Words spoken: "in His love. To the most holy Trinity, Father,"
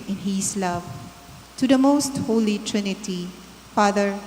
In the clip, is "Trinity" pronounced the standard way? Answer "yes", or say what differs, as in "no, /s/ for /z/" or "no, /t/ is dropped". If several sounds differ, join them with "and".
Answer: yes